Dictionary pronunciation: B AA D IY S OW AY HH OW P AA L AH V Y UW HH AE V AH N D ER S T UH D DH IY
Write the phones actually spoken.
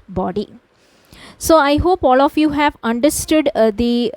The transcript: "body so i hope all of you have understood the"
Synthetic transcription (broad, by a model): B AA D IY S OW AY HH OW P AA L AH F Y UW HH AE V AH N D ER S T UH D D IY